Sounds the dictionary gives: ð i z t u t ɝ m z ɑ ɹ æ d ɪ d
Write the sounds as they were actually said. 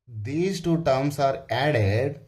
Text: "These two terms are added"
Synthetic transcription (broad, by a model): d i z t u t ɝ m s ɑ ɹ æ d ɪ d